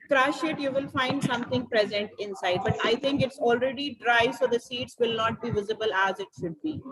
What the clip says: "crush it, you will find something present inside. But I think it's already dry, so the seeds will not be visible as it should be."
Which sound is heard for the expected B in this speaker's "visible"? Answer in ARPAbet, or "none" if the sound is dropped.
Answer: B